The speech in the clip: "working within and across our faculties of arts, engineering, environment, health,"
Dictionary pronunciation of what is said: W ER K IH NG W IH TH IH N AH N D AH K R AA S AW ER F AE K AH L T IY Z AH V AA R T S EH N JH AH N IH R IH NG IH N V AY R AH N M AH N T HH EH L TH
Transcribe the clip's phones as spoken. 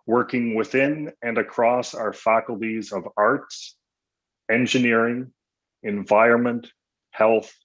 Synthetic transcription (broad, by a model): W ER K IH NG W IH TH IH N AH N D AH K R AA S AW ER F AE K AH L T IY Z AH V AA R T S EH N JH AH N IH R IH NG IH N V AY R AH N M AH N T HH EH L TH